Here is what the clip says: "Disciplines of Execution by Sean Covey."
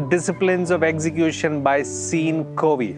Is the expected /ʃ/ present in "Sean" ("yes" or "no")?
no